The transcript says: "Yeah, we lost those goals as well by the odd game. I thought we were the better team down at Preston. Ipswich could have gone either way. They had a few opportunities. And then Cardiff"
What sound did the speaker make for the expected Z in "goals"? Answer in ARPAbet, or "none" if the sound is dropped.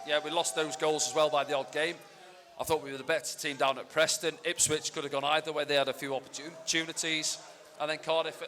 Z